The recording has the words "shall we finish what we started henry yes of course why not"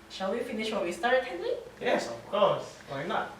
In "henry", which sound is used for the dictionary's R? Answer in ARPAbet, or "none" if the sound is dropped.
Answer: L